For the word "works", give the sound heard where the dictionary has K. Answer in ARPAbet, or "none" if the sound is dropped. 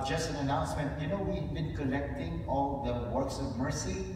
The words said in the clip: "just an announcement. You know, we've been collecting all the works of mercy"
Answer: K